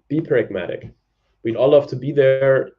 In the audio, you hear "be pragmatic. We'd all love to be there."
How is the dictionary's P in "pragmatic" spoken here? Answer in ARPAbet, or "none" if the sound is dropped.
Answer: P